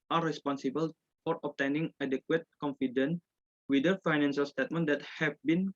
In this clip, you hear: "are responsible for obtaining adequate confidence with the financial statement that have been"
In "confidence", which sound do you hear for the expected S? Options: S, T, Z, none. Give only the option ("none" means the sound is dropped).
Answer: none